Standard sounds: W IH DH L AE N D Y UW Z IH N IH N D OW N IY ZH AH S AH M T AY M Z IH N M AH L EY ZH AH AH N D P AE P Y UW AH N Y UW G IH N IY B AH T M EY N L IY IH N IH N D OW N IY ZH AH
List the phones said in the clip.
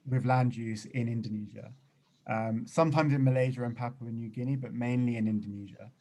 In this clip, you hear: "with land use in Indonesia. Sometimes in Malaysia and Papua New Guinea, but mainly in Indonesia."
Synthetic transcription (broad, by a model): W IH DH L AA N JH UW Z IH N IH N D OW N IY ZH AH S AH M T AY M Z IH N M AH L EY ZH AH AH N P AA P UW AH N Y UW G IH N IY B AH T M EY N L IY IH N IH N D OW N IY ZH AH